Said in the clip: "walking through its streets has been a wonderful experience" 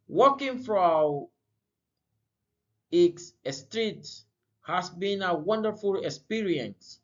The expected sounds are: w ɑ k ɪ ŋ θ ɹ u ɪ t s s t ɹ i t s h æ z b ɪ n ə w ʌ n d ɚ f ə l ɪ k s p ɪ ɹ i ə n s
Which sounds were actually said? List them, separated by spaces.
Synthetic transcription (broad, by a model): w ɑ k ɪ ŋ f ɹ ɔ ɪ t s s t ɹ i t h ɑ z b ɪ n ə w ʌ n d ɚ f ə l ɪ k s p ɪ ɹ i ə n s